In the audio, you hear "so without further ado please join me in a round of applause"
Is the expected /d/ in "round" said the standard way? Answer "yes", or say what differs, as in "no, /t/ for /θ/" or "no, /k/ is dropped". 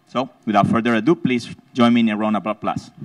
no, /d/ is dropped